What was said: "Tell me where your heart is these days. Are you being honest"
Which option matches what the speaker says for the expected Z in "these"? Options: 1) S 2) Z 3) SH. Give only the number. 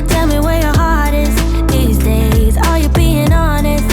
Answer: 2